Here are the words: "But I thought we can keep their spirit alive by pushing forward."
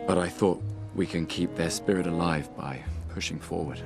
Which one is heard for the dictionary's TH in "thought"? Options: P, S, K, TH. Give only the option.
TH